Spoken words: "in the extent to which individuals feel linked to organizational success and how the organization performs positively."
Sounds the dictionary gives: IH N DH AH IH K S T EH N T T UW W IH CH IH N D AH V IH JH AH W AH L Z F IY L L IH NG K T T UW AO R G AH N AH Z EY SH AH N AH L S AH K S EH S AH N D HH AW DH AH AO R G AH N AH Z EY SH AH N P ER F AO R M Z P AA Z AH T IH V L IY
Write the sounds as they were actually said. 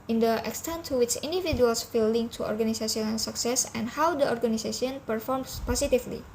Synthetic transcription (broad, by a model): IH N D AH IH K S T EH N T T UW W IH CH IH N D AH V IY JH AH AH L S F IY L L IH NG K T T UW AO R G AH N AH S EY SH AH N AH N S AH K S EH S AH N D HH AW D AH AO R G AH N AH S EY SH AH N P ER F AO R M S P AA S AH T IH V L IY